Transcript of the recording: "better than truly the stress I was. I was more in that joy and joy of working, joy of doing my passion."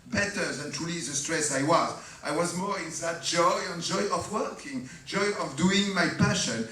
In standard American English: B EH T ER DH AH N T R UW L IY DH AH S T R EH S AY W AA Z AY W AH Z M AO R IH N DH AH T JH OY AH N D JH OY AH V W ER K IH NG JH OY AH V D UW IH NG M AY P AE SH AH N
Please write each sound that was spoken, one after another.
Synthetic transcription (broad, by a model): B EH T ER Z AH N T R UW L IY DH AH S T R EH S AY W AA Z AY W AH Z M AO R IH N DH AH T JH OY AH N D JH OY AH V W ER K IH NG JH OY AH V D UW IH NG M AY P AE SH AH N